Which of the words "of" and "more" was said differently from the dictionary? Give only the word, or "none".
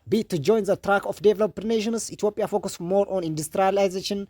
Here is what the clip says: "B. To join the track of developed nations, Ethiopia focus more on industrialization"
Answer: of